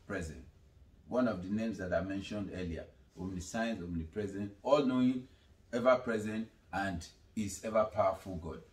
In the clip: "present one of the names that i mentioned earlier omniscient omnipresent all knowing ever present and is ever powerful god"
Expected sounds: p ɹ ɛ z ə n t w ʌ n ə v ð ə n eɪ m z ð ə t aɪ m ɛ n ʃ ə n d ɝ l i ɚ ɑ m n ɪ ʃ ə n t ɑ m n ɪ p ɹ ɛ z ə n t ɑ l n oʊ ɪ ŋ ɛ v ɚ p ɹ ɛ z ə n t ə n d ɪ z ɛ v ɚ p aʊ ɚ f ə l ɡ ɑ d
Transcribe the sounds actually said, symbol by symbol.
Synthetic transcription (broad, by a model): p ɹ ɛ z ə n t w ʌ n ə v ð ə n eɪ m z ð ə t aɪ m ɛ n ʃ ə n d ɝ l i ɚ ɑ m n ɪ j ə n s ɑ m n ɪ p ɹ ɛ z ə n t ɑ l n oʊ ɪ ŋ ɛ v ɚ p ɹ ɛ z ə n t ə n d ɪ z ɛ v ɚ p aʊ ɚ f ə l ɡ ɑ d